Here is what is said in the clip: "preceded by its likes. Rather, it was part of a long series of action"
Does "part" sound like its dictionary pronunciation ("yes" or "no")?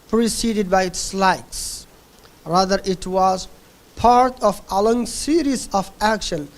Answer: yes